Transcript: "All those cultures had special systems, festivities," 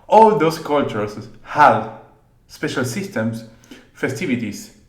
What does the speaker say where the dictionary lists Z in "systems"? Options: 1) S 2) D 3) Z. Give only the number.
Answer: 1